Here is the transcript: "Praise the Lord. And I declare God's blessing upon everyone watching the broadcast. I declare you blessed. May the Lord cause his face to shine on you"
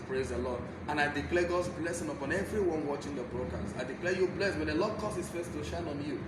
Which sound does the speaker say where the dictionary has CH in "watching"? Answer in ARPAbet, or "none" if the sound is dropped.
CH